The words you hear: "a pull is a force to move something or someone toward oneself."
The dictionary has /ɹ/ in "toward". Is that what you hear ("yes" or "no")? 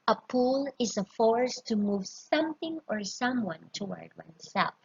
yes